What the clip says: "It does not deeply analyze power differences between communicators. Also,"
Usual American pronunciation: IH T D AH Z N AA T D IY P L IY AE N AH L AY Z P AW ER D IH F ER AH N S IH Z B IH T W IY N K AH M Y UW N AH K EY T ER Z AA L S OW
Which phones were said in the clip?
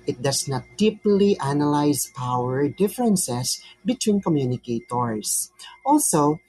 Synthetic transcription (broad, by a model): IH T D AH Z N AA T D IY P L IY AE N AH L AY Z P AW ER D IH F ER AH N S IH S B IH T W IY N K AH M Y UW N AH K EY T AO S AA L S OW